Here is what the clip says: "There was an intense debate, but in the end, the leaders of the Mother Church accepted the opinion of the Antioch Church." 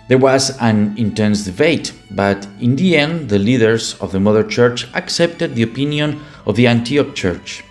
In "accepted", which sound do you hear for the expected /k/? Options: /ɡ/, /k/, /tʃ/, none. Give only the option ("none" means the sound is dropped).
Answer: /k/